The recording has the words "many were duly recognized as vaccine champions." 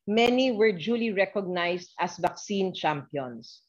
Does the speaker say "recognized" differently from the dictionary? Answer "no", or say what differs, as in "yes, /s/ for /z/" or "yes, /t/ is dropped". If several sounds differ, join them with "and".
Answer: yes, /s/ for /z/